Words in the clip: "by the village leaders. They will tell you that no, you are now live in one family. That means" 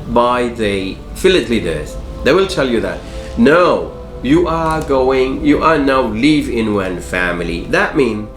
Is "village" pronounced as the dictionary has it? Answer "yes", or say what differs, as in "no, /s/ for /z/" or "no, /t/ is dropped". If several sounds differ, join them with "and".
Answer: no, /f/ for /v/